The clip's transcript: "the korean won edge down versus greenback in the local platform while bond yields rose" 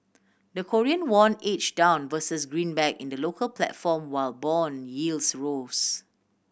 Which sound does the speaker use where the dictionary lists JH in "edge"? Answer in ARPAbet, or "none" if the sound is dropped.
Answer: CH